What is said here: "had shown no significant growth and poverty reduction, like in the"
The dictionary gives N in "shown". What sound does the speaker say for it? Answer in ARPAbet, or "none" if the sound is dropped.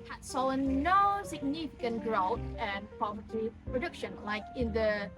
L